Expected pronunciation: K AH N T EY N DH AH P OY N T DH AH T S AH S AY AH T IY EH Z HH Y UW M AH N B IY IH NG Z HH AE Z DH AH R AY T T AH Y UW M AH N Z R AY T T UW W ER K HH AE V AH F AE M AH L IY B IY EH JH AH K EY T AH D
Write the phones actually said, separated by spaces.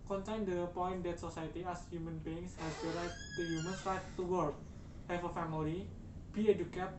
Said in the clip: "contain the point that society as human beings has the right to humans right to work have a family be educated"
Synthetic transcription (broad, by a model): K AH N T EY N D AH P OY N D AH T S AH S AY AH T IY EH S HH Y UW M AH N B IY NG S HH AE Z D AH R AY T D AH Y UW M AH N S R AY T T UW W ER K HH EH F AH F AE M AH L IY B IY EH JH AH K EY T